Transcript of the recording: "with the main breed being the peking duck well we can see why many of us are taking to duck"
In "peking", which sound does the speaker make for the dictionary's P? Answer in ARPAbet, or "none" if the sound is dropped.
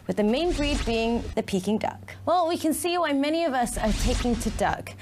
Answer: P